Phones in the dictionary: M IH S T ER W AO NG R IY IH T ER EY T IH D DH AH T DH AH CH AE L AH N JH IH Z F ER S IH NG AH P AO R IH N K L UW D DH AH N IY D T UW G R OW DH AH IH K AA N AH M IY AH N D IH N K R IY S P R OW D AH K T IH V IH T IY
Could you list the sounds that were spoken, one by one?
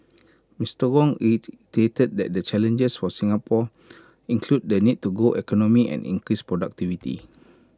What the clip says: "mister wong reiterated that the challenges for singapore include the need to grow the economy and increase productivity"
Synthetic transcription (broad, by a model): M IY S T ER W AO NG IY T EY T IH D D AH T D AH CH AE L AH N JH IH S F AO S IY NG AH P AO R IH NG K L UW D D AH N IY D T UW G OW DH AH K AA N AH M IY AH N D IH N K R IY S P R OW D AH K T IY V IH T IY